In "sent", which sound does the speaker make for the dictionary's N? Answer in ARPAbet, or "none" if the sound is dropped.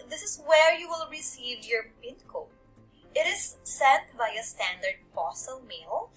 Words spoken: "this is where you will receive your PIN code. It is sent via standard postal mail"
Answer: none